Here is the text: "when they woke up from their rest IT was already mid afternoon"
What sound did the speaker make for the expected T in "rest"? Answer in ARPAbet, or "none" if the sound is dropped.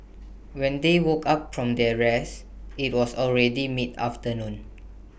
none